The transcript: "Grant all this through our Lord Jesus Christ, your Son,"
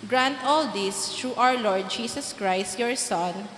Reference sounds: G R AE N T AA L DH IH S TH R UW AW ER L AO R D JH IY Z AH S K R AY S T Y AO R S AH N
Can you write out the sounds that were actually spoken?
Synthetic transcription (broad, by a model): G R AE N T AA L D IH S T R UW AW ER L AO R D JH IY S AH S K R AY S T Y AO R S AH N